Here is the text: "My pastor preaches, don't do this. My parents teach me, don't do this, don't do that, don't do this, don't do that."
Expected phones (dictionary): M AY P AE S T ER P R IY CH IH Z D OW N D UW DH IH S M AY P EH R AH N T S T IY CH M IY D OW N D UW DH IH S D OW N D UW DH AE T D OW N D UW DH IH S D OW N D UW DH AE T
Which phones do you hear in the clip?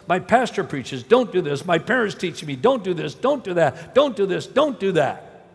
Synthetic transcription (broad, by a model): M AY P AE S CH ER P R IY CH IH Z D OW N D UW DH IH S M AY P EH R AH N T S T IY CH M IY D OW N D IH DH IH S D OW N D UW DH AE T D OW N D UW DH IH S D OW N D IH DH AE T